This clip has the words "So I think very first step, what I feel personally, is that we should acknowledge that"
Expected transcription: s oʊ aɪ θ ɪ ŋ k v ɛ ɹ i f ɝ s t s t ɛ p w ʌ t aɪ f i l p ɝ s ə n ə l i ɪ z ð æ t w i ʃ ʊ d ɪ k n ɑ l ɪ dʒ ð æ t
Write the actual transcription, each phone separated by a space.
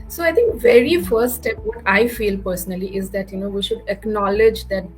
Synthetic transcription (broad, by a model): s oʊ aɪ t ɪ ŋ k v ɛ ɹ i f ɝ t s t ɛ p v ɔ t aɪ f i l p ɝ s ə n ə l i ɪ z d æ t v i ʃ ʊ d ɪ k n ɑ l ɪ dʒ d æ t